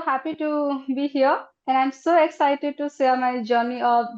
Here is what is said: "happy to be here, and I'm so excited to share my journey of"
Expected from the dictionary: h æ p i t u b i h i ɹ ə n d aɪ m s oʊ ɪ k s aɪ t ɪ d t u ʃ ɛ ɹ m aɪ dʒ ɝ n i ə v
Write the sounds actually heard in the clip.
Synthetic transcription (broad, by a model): h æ p i t u b i h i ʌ ə n d aɪ m s oʊ ɪ k s aɪ t ɪ d t u s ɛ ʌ m aɪ dʒ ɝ n i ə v